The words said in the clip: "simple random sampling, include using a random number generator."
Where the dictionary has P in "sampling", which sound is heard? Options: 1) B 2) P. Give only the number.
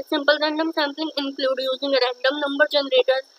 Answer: 2